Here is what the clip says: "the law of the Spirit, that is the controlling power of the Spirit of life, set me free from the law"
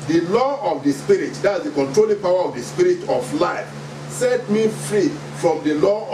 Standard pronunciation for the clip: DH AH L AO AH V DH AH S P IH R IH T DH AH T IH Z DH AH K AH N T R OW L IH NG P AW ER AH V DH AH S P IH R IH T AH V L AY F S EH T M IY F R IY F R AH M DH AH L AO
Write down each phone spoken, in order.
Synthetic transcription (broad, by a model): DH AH L AO AH V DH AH S P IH R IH T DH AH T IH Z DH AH K AH N T R OW L IH NG P AW ER AH V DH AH S P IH R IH T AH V L AY F S EH T M IY F R IY F R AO M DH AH L AO